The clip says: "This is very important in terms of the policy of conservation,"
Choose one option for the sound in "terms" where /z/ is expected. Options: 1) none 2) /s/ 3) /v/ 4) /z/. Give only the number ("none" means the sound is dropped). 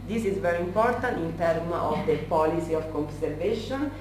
1